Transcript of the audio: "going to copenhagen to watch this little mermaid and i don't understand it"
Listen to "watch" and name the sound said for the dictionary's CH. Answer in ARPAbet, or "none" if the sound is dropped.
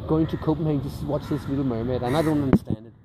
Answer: CH